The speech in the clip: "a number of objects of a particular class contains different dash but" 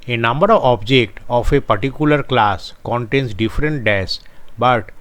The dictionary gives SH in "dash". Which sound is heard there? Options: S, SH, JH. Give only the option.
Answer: S